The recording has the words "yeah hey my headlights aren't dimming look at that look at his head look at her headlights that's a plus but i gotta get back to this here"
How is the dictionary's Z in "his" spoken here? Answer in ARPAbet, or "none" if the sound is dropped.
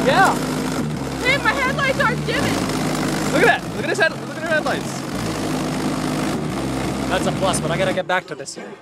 S